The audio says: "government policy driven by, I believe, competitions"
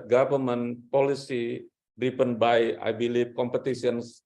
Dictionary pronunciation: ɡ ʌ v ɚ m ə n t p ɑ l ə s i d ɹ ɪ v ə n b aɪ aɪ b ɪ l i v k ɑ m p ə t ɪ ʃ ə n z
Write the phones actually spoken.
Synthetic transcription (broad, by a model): ɡ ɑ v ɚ m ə n p ɑ l ə s i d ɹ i p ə n b aɪ aɪ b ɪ l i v k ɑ m p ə t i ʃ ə n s